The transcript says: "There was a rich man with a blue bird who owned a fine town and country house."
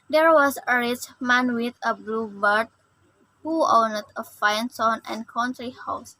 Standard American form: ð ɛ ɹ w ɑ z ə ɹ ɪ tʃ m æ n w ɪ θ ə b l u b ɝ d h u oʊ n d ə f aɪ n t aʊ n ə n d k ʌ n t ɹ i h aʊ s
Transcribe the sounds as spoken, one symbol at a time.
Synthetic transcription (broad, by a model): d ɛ ɹ w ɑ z ə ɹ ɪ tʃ m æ n w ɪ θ ə b l u b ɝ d h u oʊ n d ə f aɪ n s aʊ n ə n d k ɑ n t ɹ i h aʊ s